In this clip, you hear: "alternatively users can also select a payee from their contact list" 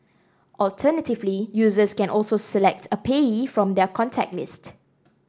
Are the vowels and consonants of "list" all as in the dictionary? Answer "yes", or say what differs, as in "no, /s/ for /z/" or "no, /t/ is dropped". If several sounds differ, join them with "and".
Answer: yes